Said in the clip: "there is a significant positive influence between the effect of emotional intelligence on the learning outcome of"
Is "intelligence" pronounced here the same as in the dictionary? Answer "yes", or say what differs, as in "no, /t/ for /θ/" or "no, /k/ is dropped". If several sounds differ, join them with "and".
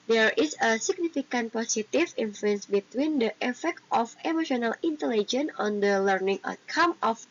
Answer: no, /s/ is dropped